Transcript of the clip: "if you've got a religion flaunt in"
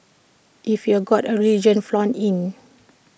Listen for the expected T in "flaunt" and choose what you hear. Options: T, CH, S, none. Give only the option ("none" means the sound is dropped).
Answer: none